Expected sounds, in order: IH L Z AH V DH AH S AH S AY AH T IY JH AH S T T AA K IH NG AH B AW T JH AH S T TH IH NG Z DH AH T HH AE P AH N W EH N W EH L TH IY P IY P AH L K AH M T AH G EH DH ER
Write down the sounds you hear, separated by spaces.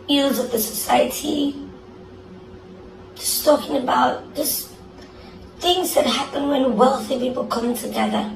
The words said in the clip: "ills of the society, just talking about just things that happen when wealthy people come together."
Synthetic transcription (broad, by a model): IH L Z AH V DH AH S AH S AY AH T IY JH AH S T T AA K IH NG AH B AW T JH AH S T TH IH NG Z DH AH T HH AE P AH N W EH N W EH L TH IY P IY P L K AH M T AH G EH DH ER